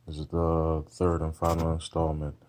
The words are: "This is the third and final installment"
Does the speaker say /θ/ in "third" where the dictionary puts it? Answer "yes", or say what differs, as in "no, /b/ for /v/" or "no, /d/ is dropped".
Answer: yes